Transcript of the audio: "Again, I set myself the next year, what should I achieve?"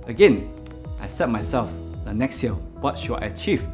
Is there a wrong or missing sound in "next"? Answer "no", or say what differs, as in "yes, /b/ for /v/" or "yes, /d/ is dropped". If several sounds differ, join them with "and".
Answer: no